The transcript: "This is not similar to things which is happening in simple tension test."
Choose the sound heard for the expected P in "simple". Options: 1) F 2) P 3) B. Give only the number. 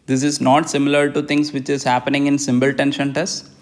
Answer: 3